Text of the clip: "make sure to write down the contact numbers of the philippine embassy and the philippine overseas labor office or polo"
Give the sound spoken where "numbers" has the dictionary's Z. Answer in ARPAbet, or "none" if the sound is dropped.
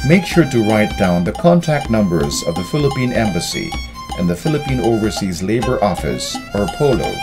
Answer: Z